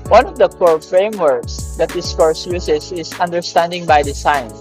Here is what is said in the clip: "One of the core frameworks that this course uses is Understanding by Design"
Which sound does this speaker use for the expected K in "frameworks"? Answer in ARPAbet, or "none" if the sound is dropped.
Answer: K